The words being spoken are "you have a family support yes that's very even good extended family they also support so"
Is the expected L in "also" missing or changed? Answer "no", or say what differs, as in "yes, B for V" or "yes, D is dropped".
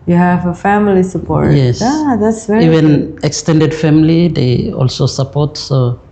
no